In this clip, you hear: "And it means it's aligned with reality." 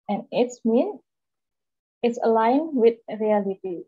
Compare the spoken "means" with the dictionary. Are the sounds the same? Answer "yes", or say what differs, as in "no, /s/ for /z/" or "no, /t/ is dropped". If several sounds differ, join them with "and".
no, /z/ is dropped